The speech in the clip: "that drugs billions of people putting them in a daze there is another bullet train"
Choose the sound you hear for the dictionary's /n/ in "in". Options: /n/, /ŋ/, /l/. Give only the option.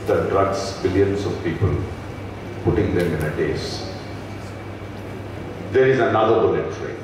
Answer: /n/